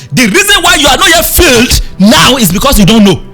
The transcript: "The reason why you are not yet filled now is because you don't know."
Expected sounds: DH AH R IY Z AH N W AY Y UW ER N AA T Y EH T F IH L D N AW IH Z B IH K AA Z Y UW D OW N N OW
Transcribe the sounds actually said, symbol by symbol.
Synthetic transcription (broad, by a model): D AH R IY Z AH N W AY Y UW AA N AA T Y EH T F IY L D N AW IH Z B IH K AA S Y UW D OW N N OW